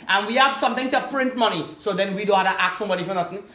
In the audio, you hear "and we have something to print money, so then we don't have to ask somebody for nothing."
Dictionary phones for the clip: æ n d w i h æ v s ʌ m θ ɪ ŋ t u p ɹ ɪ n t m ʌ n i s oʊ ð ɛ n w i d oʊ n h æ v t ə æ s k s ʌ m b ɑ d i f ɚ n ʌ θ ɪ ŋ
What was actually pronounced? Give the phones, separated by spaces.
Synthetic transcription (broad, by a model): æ n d w i h æ v s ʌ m t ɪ ŋ t u p ɹ ɪ n t m ʌ n i s oʊ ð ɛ n w i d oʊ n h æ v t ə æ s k s ʌ m b ɑ d i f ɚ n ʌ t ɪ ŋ